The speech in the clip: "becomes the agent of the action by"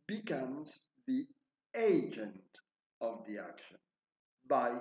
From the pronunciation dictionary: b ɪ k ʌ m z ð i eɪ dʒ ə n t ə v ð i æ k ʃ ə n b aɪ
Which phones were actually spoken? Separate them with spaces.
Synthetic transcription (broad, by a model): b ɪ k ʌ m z ð i eɪ dʒ ə n t ə v ð i æ k ʃ ə n b aɪ